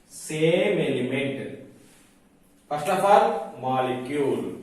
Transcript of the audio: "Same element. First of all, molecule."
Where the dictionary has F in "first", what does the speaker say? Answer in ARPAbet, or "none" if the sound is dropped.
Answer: P